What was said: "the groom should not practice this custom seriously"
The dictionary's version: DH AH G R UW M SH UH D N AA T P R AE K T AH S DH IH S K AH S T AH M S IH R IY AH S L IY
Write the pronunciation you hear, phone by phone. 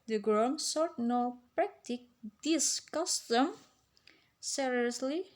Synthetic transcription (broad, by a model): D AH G R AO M S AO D N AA P R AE K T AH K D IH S K AH S T AH M S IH R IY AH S L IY